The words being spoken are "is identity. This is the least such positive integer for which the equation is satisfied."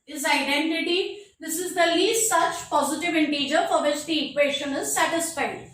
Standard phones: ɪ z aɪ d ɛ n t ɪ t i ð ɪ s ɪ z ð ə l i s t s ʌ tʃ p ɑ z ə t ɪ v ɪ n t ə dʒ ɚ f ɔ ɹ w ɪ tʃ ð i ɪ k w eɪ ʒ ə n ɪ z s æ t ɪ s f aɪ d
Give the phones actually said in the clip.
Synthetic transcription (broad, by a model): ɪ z aɪ d ɛ n t ɪ t i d ɪ s ɪ z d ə l i s t s ʌ tʃ p ɑ z ə t ɪ v ɪ n t ə dʒ ɚ f ɔ ɹ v ɪ tʃ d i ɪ k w eɪ ʃ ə n ɪ z s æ t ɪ s f aɪ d